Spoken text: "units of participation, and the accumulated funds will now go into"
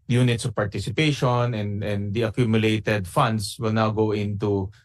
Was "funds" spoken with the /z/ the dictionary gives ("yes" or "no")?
no